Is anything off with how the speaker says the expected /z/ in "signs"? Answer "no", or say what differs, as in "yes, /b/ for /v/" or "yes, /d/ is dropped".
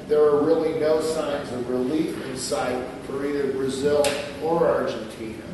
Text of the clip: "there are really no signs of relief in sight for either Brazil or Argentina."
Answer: no